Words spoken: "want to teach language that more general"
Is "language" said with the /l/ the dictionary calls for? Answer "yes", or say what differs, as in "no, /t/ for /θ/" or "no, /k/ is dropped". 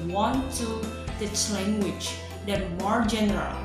yes